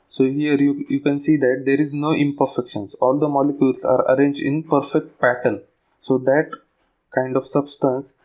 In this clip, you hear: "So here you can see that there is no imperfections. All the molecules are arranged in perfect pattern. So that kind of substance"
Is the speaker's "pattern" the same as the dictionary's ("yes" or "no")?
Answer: no